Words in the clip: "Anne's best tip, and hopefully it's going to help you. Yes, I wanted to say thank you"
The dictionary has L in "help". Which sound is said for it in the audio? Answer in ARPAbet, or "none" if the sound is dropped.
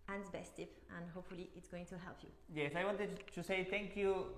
L